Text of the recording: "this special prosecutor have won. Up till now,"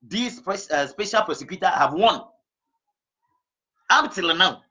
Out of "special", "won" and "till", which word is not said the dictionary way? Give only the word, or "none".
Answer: none